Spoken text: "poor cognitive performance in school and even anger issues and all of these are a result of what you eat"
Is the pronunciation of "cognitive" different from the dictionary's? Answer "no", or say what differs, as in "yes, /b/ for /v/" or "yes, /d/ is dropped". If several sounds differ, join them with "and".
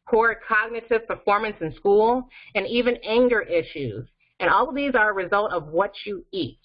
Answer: no